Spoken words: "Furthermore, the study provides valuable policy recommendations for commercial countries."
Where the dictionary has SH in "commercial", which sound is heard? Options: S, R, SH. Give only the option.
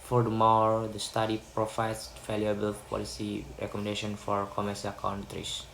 S